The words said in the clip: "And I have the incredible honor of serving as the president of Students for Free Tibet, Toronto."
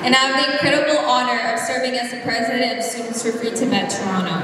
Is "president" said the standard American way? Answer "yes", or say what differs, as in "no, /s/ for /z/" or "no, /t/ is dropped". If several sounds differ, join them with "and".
no, /n/ is dropped